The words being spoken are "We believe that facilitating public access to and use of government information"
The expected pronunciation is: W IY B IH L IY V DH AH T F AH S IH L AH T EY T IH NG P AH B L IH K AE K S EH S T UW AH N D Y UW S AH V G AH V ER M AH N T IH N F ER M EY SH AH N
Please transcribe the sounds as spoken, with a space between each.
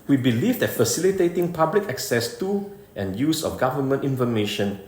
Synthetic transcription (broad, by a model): W IY B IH L IY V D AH T F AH S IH L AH T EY T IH NG P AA B L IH K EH K S EH S T UW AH N Y UW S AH F G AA V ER M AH N T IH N F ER M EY SH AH N